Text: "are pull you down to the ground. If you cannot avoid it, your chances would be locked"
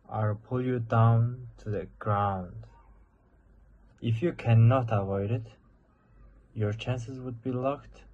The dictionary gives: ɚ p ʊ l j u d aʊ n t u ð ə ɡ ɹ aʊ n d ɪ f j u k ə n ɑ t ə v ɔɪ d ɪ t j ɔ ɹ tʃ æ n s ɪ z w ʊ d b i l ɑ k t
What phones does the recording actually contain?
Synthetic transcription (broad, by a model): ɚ p ʊ l j u d aʊ n t u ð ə ɡ ɹ aʊ n d ɪ f j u k ə n ɑ t ə v ɔɪ d ɪ t j ɔ ɹ tʃ æ n s ɪ z w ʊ d b i l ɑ k t